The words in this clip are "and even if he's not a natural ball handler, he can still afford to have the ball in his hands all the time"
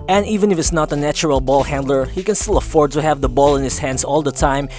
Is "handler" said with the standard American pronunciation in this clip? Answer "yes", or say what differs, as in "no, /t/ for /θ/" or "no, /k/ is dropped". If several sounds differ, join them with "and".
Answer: yes